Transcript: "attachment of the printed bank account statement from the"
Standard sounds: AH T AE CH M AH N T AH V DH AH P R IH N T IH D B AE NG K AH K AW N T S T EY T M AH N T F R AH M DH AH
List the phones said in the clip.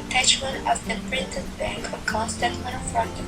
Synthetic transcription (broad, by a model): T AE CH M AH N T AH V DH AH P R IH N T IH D B AE NG K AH K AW N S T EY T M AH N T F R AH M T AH